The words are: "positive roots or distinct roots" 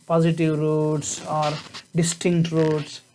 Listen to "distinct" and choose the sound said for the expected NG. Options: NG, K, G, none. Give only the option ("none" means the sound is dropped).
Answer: NG